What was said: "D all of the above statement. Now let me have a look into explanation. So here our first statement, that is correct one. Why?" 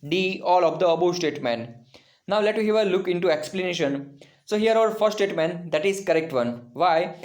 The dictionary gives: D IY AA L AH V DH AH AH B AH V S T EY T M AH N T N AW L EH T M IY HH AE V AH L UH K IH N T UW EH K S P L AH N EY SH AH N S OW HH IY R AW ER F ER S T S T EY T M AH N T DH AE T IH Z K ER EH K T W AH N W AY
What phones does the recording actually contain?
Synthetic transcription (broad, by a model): D IY AA L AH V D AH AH B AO S T EY T M AH N T N AW L EH T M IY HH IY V AH L UH K IH N T UW EH K S P L AH N EY SH AH N S OW HH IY R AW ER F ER T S T EY T M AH N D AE T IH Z K ER EH K T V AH N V AY